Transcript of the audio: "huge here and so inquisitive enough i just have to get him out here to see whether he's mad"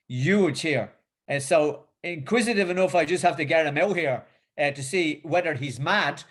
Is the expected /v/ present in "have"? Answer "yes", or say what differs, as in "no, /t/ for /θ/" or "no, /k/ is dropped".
no, /f/ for /v/